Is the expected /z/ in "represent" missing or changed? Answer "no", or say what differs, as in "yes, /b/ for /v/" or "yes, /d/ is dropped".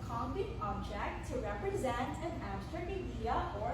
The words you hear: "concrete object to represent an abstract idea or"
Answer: no